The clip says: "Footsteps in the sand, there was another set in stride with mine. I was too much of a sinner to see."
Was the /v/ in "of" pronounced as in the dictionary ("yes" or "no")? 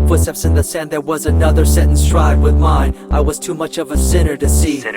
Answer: yes